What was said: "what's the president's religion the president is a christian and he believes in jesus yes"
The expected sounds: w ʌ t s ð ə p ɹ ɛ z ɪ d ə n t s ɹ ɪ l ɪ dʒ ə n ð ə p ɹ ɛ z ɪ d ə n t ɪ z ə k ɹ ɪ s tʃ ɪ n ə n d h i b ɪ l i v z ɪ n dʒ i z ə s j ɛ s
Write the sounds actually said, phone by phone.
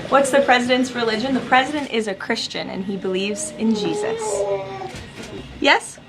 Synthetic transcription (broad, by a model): w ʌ t s ð ə p ɹ ɛ z ɪ d ə n t s ɹ ɪ l ɪ dʒ ə n ð ə p ɹ ɛ z ɪ d ə n t ɪ z ə k ɹ ɪ s tʃ ɪ n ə n i b ɪ l i v z ɪ n dʒ i z ə s j ɛ s